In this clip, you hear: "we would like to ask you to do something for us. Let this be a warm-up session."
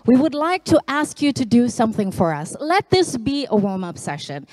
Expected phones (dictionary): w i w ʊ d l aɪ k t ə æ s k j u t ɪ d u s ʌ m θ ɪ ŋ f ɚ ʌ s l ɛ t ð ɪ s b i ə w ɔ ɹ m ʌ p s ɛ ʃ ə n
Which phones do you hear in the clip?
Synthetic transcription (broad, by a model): w i w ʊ d l aɪ k t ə æ s k j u t ɪ d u s ʌ m θ ɪ ŋ f ɚ ʌ s l ɛ t ð ɪ s b i ə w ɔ l m ʌ p s ɛ ʃ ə n